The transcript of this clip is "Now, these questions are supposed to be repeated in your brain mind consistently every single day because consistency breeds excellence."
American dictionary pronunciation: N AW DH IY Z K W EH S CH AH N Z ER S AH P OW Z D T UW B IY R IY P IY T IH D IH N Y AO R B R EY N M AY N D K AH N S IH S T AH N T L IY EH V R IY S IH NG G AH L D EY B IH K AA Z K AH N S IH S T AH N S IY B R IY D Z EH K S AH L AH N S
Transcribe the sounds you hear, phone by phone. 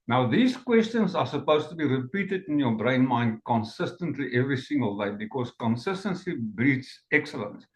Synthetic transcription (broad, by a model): N AW DH IY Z K W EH S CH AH N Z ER S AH P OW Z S T UW B IY R IY P IY T IH D IH N Y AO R B R EY N M AY N D K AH N S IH S T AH N T L IY EH V R IY S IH NG G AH L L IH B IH K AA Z K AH N S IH S T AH N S IY B R IY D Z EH K S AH L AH N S